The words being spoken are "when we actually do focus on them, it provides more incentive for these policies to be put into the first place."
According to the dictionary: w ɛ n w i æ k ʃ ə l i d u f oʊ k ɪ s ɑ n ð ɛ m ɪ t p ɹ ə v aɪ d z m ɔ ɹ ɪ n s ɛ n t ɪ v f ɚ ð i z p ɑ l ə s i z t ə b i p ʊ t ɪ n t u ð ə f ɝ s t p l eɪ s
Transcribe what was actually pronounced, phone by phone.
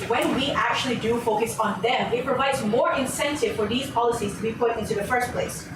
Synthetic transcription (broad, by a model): w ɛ n w i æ k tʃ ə l i d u f oʊ k ɪ s n ð ɛ m ɪ t p ɹ ə v aɪ d z m ɔ ɹ ɪ n s ɛ n t ɪ v f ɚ ð i z p ɑ l ə s i z t ə b i p ʊ t ɪ n t u ð ə f ɝ s t p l eɪ s